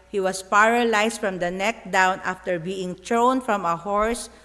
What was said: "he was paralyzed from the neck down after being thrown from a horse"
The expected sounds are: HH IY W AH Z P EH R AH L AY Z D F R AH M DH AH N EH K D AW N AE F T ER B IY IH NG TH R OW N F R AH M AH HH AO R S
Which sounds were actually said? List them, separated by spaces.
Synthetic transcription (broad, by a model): HH IY W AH S P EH R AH L AY S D F R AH M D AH N EH K D AW N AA F T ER B IY IH NG T R OW N F R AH M AH HH AO R S